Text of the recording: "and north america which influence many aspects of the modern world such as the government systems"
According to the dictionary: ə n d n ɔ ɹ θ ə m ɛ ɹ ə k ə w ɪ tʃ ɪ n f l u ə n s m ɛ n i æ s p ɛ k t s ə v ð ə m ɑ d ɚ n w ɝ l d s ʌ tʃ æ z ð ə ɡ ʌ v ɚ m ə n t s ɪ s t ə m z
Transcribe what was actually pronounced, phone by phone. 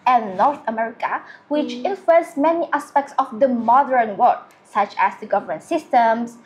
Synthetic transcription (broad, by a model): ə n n ɔ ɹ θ ə m ɛ ɹ ə k ə w ɪ tʃ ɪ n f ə s m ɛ n i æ s p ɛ k t s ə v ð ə m ɑ d ɚ n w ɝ d s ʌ tʃ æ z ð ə ɡ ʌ v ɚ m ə n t s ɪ s t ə m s